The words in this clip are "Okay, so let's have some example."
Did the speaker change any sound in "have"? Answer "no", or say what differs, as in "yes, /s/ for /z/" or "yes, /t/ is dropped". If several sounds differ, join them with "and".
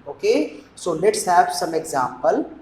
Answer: yes, /b/ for /v/